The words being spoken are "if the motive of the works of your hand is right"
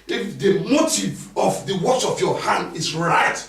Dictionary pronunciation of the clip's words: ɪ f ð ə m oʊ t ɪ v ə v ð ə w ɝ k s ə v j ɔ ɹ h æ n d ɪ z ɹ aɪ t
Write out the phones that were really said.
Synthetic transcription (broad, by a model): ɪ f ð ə m oʊ t ɪ v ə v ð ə w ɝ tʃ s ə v j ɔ h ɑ n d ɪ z ɹ aɪ t